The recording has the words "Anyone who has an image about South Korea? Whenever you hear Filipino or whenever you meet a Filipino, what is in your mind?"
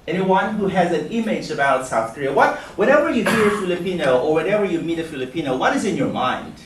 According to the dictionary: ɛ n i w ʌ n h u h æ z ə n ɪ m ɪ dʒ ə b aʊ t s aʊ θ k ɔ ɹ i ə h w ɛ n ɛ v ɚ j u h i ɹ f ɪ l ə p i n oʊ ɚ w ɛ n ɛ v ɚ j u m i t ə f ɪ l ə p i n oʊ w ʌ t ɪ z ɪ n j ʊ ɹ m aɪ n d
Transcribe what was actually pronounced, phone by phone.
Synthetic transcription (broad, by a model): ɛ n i w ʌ n h u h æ z ə n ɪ m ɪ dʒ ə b aʊ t s aʊ θ k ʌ ɹ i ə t w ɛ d ɛ v ɚ j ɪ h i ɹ f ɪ l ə p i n oʊ ɚ w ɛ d ɛ v ɚ j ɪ m i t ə f ɪ l ə p i n oʊ w ʌ t ɪ z ɪ n j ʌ ɹ m aɪ n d